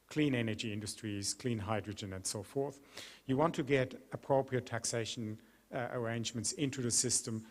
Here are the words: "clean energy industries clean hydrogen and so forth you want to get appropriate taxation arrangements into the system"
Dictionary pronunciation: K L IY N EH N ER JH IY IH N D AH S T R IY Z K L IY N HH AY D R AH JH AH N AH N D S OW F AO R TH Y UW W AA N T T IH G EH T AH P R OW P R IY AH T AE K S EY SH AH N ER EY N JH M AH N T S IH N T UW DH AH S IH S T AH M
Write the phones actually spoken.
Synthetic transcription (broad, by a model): K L IY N EH N ER JH IY IH N D AH S T R IY Z K L IY N HH AY D R AH JH AH N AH N S OW F AO R TH Y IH W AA N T T IH G EH T AH P R OW P R IY AH T AE K S EY SH AH N ER EY N JH M AH N T S IH N T UW DH AH S IH S T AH M